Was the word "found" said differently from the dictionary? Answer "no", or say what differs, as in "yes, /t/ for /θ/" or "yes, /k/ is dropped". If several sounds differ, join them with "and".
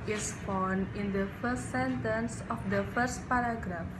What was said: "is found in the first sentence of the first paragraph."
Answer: yes, /d/ is dropped